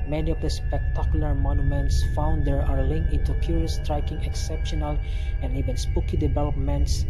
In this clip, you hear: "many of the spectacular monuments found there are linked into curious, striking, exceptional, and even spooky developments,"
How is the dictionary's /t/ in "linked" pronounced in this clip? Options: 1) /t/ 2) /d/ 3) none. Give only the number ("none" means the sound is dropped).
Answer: 3